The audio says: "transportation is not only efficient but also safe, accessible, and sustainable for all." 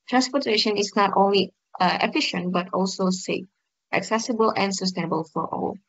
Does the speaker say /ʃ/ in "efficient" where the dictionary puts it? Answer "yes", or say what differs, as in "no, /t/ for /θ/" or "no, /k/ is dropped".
yes